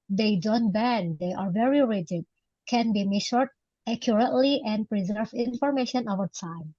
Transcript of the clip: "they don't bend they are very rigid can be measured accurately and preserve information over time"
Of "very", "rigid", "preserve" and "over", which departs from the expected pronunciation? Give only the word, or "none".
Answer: none